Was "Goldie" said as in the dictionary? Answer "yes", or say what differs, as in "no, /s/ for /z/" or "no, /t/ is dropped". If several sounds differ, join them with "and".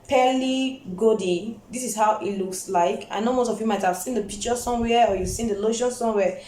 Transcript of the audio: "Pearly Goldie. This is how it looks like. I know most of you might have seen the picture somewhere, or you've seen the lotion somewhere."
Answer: no, /l/ is dropped